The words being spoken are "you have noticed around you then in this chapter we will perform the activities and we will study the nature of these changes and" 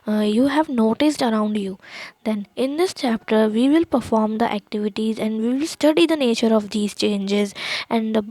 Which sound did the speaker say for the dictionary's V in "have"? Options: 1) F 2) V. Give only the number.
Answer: 2